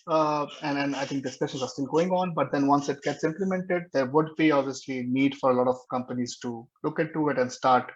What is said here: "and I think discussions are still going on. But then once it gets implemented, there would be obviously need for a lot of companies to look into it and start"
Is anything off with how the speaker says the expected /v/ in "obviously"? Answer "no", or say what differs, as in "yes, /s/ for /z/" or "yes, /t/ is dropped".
no